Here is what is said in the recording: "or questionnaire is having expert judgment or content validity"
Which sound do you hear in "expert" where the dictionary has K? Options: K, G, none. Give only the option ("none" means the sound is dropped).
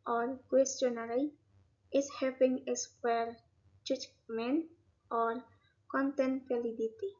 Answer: none